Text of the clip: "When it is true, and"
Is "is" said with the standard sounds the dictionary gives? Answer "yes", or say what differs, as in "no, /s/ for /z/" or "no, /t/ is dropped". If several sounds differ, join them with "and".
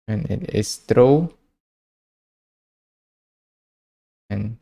no, /s/ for /z/